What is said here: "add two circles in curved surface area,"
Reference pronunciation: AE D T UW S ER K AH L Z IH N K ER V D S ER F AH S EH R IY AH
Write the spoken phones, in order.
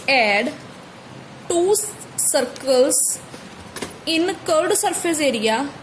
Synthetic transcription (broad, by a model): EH D T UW S ER K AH L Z IH N K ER D S ER P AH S EH R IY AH